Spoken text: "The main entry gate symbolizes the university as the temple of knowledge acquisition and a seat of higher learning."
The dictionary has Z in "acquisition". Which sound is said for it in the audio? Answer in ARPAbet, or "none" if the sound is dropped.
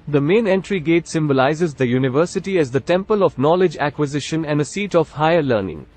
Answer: Z